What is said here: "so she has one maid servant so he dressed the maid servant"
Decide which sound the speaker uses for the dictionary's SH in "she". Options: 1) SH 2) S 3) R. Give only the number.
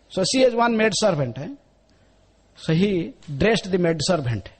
2